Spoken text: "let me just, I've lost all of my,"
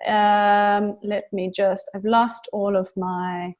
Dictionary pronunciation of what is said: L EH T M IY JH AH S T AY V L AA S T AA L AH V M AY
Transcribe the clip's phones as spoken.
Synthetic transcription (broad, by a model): L EH T M IY JH AH S T AY V L AA S T AA L AH V M AY